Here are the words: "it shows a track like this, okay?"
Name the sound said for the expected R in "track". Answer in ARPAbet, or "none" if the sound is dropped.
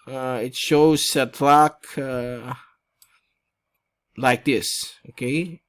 L